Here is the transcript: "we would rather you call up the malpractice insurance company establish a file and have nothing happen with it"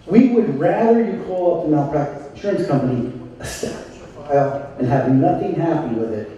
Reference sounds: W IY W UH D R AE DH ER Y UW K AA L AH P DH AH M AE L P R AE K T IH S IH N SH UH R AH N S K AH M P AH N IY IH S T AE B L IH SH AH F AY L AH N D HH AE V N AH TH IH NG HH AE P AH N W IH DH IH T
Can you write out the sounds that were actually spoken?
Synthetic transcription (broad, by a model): W IY W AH D R AE DH ER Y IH K AA L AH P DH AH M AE P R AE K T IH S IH N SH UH R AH N S K AH M P AH N IY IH S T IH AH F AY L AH N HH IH V N AH TH IH NG HH AE P AH N W IH DH IH T